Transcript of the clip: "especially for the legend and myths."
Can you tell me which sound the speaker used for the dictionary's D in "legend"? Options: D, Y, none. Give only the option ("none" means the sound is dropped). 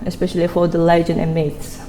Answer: none